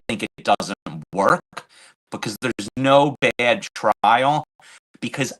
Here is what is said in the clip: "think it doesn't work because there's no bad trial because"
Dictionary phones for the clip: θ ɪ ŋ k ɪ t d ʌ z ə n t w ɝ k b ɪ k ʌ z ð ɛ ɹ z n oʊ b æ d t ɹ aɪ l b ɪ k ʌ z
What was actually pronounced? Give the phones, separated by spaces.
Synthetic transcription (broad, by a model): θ ɪ ŋ k ɪ t d ʌ z ə n t w ɝ k b ɪ k ʌ z ð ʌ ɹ z n oʊ b æ d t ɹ aɪ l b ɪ k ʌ z